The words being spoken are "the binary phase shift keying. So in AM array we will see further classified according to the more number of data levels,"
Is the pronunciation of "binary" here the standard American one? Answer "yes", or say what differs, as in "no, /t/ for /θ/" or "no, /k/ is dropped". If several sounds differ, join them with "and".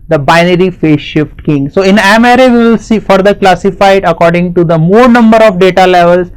yes